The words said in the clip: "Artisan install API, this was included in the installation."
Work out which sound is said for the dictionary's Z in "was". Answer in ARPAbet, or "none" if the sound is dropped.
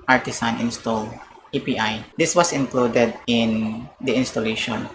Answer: S